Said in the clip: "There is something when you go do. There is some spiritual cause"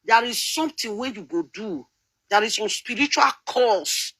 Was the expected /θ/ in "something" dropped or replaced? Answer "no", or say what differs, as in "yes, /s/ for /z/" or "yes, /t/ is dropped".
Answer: yes, /t/ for /θ/